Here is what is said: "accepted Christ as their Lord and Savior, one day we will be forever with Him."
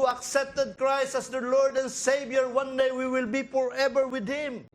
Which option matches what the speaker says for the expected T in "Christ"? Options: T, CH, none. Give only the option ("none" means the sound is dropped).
T